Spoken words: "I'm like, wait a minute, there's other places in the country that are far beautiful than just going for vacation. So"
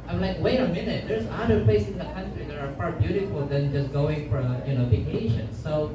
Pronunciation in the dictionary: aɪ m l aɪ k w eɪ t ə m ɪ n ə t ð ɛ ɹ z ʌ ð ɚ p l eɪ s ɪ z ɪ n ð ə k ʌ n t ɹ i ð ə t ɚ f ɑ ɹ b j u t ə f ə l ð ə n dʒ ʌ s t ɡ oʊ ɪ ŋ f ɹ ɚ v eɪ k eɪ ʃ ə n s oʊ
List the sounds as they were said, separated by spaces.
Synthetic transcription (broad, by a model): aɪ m l aɪ k w eɪ t ə m ɪ n ə t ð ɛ ɹ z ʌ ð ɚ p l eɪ ɪ s ɪ n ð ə k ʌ n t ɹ i ð ə t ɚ f ɑ ɹ b j u t ə f ə l ð ə n dʒ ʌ s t ɡ oʊ ɪ ŋ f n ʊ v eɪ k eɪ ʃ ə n s oʊ